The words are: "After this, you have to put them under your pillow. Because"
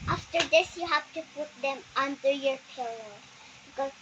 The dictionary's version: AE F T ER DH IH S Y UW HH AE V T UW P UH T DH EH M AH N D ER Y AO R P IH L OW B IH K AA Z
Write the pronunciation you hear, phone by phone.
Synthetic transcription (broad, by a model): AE F T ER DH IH S Y UW HH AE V T UW P UH T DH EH M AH N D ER Y AO R P IH L OW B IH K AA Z